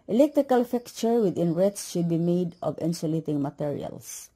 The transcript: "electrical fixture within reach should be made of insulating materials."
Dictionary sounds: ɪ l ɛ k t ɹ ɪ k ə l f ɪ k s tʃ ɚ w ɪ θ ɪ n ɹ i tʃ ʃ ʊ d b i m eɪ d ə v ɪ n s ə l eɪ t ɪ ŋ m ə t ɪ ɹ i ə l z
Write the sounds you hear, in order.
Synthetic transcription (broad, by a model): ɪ l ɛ k t ɹ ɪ k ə l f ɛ k tʃ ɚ w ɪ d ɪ n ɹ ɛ s ʃ ʊ d b i m eɪ d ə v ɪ n s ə l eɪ t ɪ ŋ m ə t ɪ ɹ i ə l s